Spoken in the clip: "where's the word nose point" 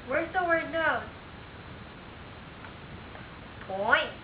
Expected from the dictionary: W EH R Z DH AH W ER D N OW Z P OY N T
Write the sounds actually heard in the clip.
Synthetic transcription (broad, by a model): W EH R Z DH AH W ER D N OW P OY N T